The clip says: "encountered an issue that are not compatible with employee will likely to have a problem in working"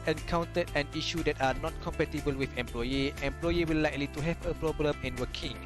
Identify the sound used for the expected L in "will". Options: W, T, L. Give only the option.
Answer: W